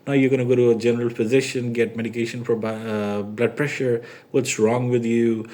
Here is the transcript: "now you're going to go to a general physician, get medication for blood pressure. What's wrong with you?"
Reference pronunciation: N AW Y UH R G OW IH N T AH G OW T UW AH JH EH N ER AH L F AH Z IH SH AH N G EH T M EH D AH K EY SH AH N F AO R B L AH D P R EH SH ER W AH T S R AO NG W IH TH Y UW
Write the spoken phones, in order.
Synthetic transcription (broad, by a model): N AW Y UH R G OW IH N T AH G OW T UW AH JH EH N ER AH L P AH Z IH SH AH N G EH T M EH D AH K EY SH AH N F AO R B L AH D P R EH SH ER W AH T S R AO NG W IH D Y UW